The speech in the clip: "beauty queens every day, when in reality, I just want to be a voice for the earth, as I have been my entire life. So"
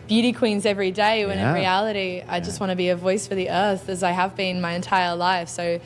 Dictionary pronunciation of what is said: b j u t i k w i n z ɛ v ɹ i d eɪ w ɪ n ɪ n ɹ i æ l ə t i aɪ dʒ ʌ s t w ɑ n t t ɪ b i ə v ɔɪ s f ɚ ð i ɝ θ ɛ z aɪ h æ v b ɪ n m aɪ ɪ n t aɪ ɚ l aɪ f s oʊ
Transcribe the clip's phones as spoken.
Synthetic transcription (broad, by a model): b j u t i k w i n z ɛ v ɹ i d eɪ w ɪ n ɪ n ɹ i æ l ə t i aɪ dʒ ʌ s t w ɑ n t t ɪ b i ə v ɔɪ s f ɚ ð i ɝ θ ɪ z aɪ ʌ v b ɪ n m aɪ ɪ n t aɪ ɚ l aɪ f s oʊ